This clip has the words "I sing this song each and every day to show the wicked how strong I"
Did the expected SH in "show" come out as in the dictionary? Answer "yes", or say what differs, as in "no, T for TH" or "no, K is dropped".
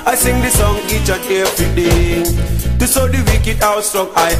no, S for SH